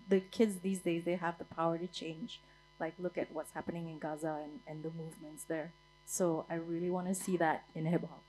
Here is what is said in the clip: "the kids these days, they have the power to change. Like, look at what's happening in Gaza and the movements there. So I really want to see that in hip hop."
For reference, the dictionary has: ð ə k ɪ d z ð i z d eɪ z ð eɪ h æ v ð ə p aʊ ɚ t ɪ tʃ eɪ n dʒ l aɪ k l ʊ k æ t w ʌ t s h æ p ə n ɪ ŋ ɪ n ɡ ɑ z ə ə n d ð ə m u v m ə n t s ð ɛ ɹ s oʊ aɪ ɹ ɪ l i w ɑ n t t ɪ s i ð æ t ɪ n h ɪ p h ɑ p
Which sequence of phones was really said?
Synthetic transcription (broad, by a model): ð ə k ɪ d z ð i z d eɪ z ð eɪ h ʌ v ð ə p aʊ ɚ t ɪ tʃ eɪ n dʒ l aɪ k l ʊ k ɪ t w ʌ t s h æ p ə n ɪ ŋ ɪ n ɡ ɑ z ə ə n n ð ə m u v m ə n t s ð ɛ ɹ s oʊ aɪ ɹ ɪ l i w ɑ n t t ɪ s i ð æ t ɪ n h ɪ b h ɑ